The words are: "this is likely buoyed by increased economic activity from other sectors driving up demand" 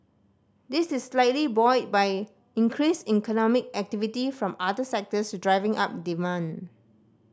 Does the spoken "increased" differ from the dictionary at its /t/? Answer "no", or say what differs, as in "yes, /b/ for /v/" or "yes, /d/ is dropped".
yes, /t/ is dropped